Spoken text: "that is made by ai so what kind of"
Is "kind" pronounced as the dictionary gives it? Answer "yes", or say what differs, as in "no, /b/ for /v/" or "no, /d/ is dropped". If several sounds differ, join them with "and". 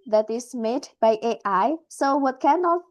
no, /d/ is dropped